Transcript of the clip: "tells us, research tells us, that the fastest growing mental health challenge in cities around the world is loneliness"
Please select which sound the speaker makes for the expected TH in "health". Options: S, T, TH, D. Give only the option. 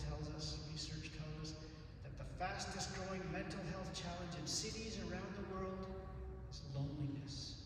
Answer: TH